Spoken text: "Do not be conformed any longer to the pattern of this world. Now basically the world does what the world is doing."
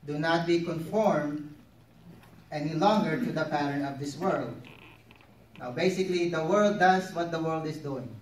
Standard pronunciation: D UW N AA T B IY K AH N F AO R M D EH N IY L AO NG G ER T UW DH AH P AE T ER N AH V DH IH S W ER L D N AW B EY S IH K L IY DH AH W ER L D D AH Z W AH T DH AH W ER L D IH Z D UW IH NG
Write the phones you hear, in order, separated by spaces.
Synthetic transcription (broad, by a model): D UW N AA T B IY K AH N F AO R M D EH N IY L AO NG G ER T UW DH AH P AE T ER AH V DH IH S W ER L D N AW B EY S IH K L IY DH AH W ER L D D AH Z W AH T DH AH W ER L D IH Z D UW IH NG